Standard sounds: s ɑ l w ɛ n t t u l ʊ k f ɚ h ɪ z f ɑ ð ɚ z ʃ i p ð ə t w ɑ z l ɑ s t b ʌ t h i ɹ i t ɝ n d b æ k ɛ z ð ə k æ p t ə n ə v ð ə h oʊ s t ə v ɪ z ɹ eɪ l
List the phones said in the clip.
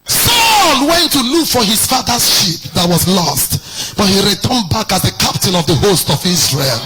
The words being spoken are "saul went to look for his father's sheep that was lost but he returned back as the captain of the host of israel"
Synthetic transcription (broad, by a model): s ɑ l w ɛ n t t u l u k f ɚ h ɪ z f ɑ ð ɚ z ʃ i p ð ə t w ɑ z l ɑ s t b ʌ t h i ɹ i t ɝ n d b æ k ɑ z ð ə k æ p t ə n ə v ð ə h oʊ s t ə v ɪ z ɹ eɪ l